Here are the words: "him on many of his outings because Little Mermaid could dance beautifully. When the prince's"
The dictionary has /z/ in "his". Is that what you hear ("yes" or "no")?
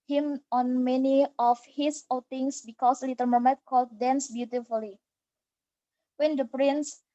no